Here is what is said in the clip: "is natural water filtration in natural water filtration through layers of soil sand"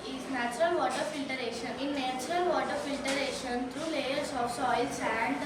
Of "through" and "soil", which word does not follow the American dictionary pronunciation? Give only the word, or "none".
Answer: through